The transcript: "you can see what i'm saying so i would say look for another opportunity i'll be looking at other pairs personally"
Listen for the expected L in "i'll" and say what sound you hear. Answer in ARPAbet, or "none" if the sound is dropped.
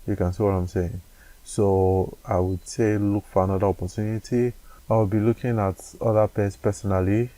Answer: W